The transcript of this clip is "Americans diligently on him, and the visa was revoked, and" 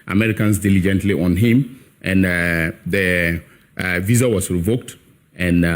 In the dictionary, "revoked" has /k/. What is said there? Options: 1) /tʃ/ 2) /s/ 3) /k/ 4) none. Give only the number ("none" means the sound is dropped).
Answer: 3